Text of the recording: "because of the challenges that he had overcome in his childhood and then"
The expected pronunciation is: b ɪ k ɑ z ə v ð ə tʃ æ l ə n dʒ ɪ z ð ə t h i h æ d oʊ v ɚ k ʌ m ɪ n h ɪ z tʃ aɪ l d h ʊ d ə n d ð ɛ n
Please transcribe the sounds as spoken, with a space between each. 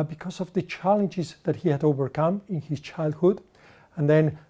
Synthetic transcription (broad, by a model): b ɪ k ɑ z ə v ð ə tʃ æ l ə n dʒ ɪ z ð ə t h i h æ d oʊ v ɚ k ʌ m ɪ n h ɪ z tʃ aɪ l d h ʊ d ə n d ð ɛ n